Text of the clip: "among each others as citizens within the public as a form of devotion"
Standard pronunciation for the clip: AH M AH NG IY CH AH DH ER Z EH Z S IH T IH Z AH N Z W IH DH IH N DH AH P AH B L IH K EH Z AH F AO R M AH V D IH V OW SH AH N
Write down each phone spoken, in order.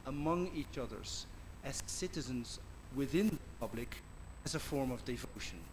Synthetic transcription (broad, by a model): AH M AH NG IY CH AH DH ER Z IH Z S IH T IH Z AH N Z W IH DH IH N DH AH P AH B L IH K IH Z AH F AO R M AH V D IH V OW SH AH N